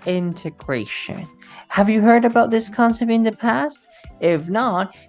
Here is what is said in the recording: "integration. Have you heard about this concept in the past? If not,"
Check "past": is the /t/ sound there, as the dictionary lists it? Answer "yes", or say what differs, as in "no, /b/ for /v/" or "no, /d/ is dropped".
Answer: yes